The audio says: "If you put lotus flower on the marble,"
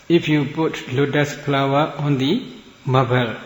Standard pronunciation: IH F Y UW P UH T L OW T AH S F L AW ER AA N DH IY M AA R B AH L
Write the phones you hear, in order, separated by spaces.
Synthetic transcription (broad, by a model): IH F Y UW P UH T L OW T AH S P L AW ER AA N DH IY M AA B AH L